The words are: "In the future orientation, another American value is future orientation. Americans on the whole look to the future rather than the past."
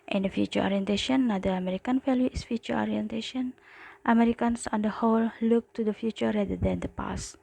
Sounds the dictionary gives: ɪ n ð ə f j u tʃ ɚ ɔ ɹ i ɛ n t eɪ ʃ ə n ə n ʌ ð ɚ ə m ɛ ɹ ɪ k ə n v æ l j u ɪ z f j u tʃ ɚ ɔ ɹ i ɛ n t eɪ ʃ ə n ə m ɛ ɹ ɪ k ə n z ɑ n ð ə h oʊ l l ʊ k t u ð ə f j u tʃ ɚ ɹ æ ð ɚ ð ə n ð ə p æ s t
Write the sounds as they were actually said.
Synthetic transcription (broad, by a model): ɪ n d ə f j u tʃ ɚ ɔ ɹ i ɛ n t eɪ ʃ ə n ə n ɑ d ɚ ə m ɛ ɹ ɪ k ə n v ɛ l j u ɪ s f j u tʃ ɚ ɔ ɹ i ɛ n t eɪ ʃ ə n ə m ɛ ɹ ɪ k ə n s ɑ n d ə h oʊ l l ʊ k t u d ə f j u tʃ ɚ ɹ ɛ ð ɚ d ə n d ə p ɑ s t